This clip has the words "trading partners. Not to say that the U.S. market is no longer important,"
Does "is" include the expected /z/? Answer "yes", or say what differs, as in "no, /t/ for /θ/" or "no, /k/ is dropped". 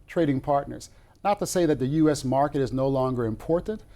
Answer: yes